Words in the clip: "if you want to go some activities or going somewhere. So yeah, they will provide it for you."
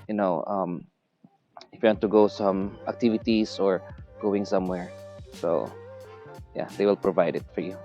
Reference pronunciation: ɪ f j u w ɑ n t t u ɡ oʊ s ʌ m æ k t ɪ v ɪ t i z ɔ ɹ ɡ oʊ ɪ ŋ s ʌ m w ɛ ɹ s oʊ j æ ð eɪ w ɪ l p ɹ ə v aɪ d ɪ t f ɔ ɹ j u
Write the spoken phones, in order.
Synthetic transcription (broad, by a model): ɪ f j u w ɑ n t t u ɡ oʊ s ʌ m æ k t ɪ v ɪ t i s ɔ ɹ ɡ oʊ ɪ ŋ s ʌ m w ɛ ɹ s oʊ j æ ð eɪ w ɪ l p ɹ ə v aɪ d ɪ t f ɔ ɹ j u